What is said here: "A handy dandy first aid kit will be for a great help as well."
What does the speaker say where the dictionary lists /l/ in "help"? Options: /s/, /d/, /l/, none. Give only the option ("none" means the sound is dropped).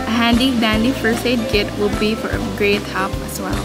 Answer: none